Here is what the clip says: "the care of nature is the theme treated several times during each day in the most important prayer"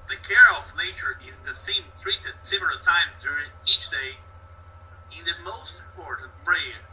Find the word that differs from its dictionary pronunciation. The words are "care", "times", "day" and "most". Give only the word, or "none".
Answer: none